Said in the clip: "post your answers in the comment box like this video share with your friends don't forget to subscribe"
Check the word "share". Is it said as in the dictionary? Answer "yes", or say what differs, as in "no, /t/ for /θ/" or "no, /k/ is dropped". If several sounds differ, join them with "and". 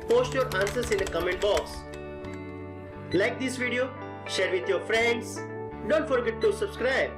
yes